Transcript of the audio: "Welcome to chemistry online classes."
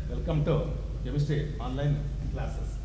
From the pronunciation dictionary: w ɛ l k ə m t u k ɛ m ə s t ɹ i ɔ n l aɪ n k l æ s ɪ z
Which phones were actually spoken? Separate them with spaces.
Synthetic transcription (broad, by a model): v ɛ l k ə m t u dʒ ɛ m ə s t i ɔ n l aɪ n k l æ s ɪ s